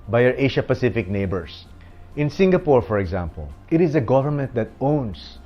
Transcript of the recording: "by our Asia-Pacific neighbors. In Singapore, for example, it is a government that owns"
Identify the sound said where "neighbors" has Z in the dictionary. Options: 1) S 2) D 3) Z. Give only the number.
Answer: 1